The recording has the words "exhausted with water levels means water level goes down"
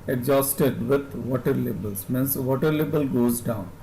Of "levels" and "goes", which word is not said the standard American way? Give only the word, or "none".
levels